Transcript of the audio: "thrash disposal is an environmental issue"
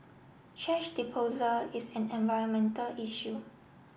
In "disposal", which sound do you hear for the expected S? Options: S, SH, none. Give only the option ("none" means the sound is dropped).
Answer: none